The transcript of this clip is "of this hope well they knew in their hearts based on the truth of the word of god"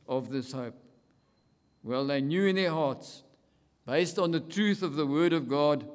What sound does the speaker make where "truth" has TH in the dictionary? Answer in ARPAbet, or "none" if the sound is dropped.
TH